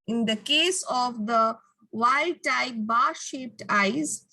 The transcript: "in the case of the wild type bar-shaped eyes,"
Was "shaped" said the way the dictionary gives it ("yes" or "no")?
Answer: yes